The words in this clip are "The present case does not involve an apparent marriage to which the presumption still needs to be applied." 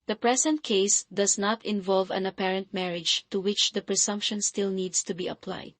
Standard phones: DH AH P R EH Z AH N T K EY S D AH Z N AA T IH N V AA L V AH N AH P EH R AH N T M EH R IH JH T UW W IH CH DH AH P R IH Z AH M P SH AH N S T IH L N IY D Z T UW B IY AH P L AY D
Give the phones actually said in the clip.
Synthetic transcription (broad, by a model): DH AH P R EH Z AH N T K EY S D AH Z N AA T IH N V AA L V AH N AH P EH R AH N T M EH R IH JH T UW W IH CH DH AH P R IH S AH M P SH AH N S T IH L N IY D S T UW B IY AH P L AY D